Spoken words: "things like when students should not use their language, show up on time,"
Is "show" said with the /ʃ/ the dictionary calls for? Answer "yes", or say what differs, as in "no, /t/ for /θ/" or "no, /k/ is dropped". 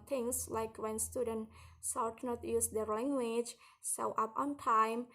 no, /s/ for /ʃ/